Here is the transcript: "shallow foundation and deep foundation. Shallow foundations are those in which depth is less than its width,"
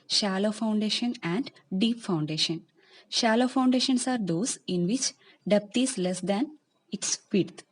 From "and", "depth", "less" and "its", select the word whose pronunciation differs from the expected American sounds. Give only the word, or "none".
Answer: depth